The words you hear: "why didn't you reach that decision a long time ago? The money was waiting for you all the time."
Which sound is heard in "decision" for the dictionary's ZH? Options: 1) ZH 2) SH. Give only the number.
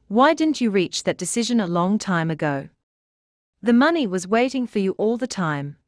1